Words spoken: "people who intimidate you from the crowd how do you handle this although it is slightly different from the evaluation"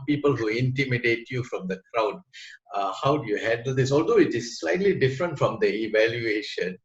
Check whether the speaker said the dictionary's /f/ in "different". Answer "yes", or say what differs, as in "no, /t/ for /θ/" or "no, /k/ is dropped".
yes